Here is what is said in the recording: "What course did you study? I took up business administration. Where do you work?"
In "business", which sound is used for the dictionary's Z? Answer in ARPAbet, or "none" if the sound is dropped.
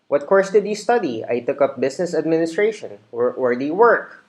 S